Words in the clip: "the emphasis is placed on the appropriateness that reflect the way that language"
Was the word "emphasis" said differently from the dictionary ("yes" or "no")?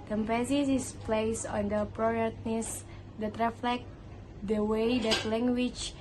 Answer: yes